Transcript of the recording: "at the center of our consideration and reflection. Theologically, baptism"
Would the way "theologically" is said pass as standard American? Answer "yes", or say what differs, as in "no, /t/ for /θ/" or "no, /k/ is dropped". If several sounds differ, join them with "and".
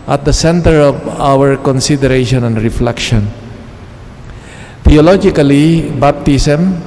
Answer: no, /t/ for /θ/